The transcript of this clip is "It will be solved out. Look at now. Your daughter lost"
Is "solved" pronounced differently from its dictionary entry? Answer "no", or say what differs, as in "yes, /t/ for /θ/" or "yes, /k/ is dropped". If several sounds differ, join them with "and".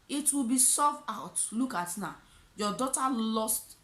yes, /l/ is dropped and /d/ is dropped